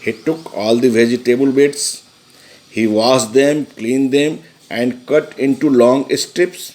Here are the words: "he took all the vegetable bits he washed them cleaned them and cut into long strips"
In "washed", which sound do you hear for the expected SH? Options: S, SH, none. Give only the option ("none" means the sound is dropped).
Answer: S